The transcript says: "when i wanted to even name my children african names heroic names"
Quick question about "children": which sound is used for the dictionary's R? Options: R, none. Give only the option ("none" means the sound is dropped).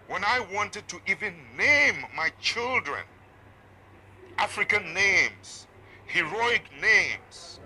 R